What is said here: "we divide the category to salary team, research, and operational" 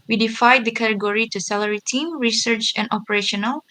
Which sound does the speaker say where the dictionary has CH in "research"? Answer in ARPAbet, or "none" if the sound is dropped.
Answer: CH